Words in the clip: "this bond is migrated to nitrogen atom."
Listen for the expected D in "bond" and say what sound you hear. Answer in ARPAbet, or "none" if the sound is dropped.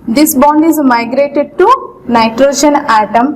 D